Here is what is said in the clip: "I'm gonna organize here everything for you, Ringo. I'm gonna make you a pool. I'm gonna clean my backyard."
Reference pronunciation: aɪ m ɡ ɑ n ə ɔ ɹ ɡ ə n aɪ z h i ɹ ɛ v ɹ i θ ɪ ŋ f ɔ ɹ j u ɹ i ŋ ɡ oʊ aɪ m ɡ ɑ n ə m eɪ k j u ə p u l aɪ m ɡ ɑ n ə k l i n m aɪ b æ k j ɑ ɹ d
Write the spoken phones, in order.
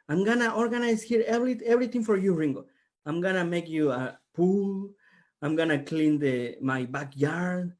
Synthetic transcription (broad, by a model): aɪ m ɡ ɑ n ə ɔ ɹ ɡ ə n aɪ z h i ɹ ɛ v ɹ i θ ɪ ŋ f ɔ ɹ j u ɹ i ŋ ɡ oʊ aɪ m ɡ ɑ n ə m eɪ k j u ə p u l aɪ m ɡ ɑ n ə k l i n m aɪ b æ k j ɑ ɹ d